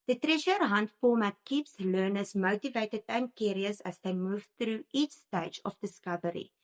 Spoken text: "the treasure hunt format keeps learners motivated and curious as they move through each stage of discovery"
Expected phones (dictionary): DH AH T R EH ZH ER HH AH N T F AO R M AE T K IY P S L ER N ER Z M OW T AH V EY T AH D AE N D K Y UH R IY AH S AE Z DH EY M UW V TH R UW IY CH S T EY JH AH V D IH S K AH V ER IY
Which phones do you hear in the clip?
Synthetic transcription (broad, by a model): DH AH T R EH SH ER HH AH N T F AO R M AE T K IY P S L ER N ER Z M OW T AH V EY T AH D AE N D K Y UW R IY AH S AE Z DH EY M UW V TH R UW IY CH S T EY JH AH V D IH S K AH V ER IY